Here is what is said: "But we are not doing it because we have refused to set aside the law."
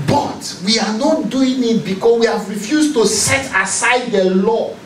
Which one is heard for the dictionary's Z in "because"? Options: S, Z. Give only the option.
S